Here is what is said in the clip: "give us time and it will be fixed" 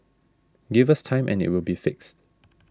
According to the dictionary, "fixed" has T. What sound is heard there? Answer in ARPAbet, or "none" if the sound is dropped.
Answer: T